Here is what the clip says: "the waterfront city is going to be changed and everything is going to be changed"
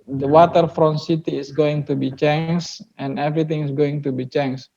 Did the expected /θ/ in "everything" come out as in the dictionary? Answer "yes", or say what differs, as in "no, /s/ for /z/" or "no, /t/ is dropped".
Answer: no, /t/ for /θ/